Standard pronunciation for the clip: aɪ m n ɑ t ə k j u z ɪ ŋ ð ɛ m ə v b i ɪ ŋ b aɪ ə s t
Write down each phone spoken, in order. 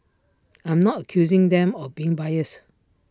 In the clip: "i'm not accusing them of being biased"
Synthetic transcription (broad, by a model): aɪ m n ɑ t ə k j u z ɪ ŋ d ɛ m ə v b i ɪ ŋ b aɪ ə s